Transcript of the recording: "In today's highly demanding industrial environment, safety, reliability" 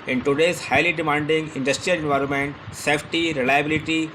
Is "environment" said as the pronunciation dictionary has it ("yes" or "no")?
yes